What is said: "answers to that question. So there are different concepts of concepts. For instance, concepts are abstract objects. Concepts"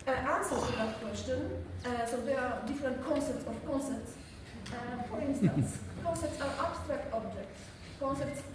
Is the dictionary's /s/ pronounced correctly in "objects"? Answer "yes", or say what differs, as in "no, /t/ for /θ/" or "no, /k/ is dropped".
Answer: no, /s/ is dropped